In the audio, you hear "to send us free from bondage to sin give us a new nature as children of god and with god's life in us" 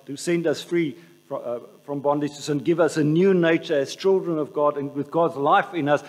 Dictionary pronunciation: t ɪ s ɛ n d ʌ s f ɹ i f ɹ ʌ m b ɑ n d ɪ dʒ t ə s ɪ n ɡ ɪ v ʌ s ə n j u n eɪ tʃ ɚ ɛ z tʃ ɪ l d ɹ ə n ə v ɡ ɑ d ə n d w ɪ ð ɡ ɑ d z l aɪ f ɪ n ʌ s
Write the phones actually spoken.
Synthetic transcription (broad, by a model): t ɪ s ɛ n d ʌ s f ɹ i f ɹ ʌ m b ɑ n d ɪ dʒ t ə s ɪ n ɡ ɪ v ʌ s ə n j u n eɪ tʃ ɚ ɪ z tʃ ɪ l d ɹ ə n ə v ɡ ɑ d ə n w ɪ ð ɡ ɑ d z l aɪ f ɪ n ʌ s